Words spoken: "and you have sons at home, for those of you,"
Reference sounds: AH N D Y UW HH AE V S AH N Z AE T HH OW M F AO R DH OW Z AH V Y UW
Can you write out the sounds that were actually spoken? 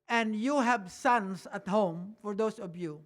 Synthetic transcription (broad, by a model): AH N D Y UW HH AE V S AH N S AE T HH OW M F AO R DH OW S AH V Y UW